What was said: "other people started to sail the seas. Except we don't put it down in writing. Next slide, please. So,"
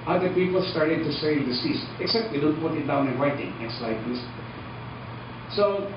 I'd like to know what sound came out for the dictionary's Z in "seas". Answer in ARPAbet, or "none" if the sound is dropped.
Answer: S